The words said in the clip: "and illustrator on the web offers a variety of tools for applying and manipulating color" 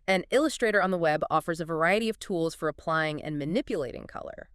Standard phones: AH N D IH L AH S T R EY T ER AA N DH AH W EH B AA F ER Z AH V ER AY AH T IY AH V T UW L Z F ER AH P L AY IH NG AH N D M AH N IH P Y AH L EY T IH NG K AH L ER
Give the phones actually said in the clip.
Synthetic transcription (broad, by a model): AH N IH L AH S T R EY T ER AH N DH AH W EH B AA F ER Z AH V ER AY AH T IY AH V T UW L Z F ER AH P L AY IH NG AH N M AH N IH P Y AH L EY T IH NG K AH L ER